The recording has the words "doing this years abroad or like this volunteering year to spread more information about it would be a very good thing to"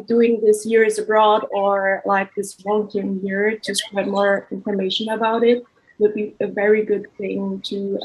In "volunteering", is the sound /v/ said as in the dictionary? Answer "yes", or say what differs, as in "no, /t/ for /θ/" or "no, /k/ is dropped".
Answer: no, /w/ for /v/